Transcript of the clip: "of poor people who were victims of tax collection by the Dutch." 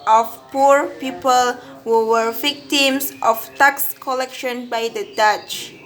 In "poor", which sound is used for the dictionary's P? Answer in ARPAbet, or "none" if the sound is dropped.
P